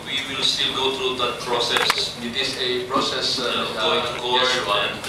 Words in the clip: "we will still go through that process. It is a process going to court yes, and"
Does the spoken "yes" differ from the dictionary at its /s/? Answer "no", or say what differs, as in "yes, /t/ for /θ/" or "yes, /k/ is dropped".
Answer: yes, /s/ is dropped